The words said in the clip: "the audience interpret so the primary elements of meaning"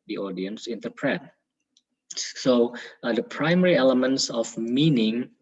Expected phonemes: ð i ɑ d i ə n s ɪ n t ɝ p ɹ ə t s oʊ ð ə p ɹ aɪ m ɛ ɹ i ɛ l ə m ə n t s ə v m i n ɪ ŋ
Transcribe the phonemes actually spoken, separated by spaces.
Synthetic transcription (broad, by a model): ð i ɑ d i ə n s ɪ n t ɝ p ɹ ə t s oʊ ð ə p ɹ aɪ m ɛ ɹ i ɛ l ə m ə n t s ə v m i n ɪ ŋ